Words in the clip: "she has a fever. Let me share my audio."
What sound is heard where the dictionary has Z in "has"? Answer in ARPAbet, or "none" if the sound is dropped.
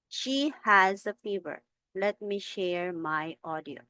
Z